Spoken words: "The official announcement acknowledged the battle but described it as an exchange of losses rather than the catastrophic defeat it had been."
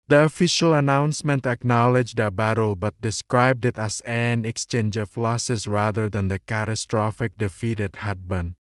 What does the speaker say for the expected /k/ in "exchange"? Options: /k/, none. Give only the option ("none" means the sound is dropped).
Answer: /k/